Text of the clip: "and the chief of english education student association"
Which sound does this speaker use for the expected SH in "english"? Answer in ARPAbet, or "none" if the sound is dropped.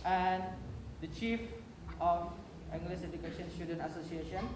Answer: S